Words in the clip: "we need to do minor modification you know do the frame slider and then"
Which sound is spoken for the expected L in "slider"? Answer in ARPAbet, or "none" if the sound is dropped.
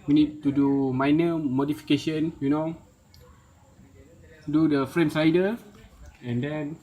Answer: none